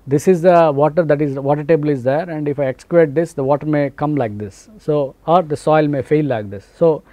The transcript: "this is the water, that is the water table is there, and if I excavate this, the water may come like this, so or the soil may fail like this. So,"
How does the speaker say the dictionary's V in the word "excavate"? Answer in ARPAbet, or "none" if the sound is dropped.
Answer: none